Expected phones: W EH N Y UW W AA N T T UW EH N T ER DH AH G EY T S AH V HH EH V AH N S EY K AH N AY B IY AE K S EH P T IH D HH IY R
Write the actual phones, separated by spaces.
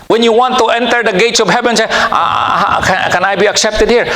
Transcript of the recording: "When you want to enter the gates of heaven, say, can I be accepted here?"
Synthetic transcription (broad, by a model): W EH N Y UW W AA N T T UW EH N T ER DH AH G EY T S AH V HH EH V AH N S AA K AH N AY B IY AE K S EH P T IH D HH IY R